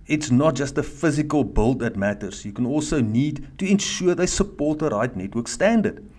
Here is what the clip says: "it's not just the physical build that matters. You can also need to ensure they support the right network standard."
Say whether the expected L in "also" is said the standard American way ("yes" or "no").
yes